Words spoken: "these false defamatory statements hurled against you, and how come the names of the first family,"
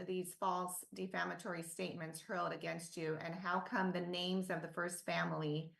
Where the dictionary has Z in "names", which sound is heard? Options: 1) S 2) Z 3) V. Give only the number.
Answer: 2